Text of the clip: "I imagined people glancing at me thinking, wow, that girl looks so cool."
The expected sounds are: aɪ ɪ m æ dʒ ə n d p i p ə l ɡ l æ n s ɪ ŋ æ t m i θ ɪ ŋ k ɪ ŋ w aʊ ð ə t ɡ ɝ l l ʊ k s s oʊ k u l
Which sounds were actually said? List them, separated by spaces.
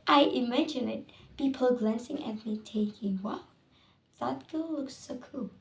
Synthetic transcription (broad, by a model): aɪ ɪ m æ dʒ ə n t p i p ə l ɡ l æ n s ɪ ŋ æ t m i t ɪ k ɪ ŋ w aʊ ð ə t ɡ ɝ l l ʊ k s s oʊ k u l